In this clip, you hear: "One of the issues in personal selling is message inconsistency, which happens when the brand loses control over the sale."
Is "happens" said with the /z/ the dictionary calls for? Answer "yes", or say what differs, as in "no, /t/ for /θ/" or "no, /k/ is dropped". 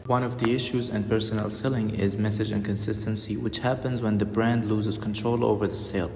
yes